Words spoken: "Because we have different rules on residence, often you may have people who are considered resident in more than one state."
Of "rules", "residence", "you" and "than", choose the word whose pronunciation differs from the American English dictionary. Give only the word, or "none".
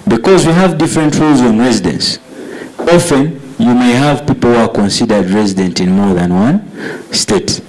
none